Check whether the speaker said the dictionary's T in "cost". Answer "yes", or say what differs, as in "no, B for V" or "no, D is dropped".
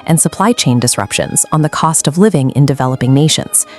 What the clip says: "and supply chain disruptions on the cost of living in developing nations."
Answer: yes